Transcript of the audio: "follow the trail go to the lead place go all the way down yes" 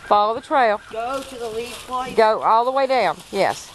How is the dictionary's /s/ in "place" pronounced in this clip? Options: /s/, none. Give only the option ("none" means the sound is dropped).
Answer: none